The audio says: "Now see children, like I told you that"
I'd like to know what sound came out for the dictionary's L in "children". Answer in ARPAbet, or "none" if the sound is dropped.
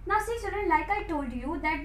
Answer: none